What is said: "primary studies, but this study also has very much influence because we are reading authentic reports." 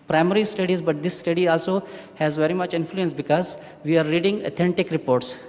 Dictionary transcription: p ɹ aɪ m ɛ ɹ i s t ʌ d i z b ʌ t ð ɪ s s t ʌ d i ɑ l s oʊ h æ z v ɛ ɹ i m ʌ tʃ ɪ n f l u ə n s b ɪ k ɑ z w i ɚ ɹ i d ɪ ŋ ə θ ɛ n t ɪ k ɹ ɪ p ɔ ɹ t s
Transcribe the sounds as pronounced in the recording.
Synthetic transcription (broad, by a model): p ɹ aɪ m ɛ ɹ i s t ʌ d i z b ʌ t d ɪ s s t ʌ d i ɑ l s oʊ h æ z v ɛ ɹ i m ʌ tʃ ɪ n f l u ə n s b ɪ k ɑ z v i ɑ ɹ i d ɪ ŋ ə t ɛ n t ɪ k ɹ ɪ p ɔ ɹ t s